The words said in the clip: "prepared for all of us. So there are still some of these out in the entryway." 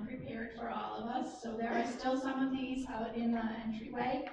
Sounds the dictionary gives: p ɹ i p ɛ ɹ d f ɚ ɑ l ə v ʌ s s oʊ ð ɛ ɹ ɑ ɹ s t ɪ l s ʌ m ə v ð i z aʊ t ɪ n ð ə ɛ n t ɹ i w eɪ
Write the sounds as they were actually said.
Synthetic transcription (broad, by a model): p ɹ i p ɛ ɹ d f ɚ ɑ l ə v ʌ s s oʊ ð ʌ ɹ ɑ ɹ s t ɪ l s ʌ m ə v ð i z aʊ t ɪ n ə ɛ n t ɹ i w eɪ